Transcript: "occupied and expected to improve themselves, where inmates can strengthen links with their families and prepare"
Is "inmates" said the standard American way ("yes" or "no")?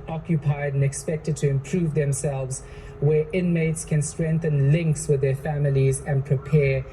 yes